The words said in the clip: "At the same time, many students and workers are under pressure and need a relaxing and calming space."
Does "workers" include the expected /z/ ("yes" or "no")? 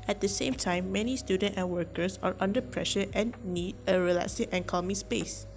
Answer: no